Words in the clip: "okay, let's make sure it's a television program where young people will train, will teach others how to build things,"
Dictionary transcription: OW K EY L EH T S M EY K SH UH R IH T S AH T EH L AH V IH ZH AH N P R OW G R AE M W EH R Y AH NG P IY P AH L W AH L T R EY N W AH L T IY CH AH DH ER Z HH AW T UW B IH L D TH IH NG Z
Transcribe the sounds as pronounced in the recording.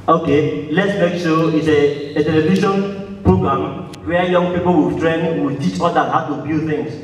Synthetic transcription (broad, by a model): OW K EY L EH T S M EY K S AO IH T S AH T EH L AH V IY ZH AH N P R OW G R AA M W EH Y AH NG P IY P AH L W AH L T R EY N W AH L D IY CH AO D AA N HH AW T UW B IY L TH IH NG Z